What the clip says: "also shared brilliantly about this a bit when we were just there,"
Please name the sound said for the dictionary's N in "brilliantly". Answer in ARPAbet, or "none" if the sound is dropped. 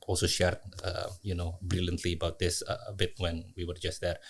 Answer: N